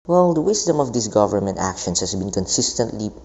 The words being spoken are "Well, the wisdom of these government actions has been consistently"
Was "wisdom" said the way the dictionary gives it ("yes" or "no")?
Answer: no